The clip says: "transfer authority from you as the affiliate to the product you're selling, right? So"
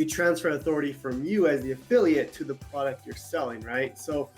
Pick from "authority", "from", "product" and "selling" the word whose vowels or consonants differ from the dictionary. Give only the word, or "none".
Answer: none